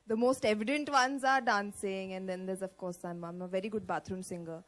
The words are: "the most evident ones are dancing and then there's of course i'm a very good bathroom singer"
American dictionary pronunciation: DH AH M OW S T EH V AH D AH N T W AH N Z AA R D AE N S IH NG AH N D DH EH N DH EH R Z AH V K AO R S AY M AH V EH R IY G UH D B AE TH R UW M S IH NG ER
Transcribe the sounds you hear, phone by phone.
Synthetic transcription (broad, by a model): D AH M OW S T EH V AH D AH N T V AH N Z AA R D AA N S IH NG AH N D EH N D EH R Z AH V K AO R S AY M AH V EH R IY G UH D B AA T R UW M S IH NG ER